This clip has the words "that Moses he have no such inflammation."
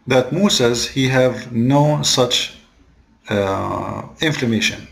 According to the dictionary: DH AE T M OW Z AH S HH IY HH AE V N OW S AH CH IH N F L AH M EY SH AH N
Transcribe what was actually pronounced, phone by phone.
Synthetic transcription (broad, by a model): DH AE T M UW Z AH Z HH IY HH AE V N OW S AH CH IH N F L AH M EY SH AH N